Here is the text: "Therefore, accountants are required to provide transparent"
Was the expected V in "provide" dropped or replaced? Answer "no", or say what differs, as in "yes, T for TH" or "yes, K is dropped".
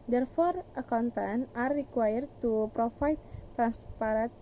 yes, F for V